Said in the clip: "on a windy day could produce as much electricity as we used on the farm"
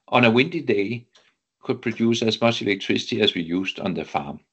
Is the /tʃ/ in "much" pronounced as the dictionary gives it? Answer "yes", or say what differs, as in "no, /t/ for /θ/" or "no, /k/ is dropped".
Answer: no, /s/ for /tʃ/